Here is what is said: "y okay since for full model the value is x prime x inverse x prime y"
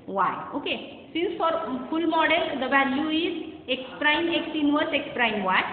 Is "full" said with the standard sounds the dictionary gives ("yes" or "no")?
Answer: no